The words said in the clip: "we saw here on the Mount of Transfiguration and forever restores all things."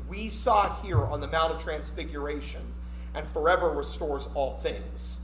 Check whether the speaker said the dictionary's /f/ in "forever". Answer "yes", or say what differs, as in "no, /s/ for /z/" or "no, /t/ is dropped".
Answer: yes